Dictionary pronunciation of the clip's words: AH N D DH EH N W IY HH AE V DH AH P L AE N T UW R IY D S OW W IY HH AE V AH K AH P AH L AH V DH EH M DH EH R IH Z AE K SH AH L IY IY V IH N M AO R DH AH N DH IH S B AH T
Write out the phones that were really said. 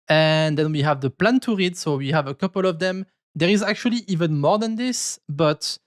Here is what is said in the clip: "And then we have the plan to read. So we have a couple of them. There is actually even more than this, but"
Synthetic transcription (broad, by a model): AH N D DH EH N W IY HH AE V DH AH P L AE N T UW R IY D S OW W IY HH AE V AH K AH P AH L AH V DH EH M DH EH R IH Z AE K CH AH L IY IY V IH N M AO R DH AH N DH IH S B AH T